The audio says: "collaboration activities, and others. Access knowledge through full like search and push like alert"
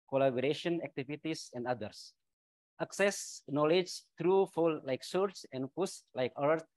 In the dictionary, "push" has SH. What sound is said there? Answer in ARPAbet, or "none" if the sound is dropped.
S